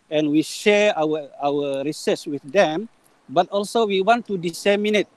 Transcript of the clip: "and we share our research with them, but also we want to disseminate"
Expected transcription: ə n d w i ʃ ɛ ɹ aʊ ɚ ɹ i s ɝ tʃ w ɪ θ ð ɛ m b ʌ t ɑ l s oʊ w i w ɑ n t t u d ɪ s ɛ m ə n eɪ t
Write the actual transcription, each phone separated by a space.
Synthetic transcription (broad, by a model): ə n w i ʃ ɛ w aʊ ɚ ɹ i s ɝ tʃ w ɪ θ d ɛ m b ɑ t ɑ l s oʊ w i w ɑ n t t u d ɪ s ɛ m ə n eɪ t